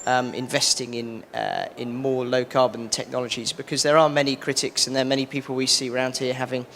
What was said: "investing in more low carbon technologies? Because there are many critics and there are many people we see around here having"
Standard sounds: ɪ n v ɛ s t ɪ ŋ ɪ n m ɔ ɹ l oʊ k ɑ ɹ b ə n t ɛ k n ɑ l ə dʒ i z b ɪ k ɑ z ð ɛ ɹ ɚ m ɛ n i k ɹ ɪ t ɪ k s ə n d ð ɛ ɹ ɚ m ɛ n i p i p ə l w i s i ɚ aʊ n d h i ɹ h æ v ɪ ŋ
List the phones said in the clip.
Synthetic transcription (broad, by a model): ɪ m v ɛ s t ɪ ŋ ɪ n m ɔ l oʊ k ɑ b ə n t ɛ k n ɑ l ə dʒ i z b ɪ k ɑ z ð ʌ ɹ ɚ m ɛ n i k ɹ ɪ t ɪ k s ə n ð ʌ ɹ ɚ m ɛ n i p i p ə l w i s i ɚ aʊ n d h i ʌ h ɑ v ɪ ŋ